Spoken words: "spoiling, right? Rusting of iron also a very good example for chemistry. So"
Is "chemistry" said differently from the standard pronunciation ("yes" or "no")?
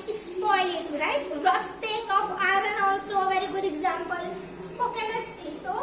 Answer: yes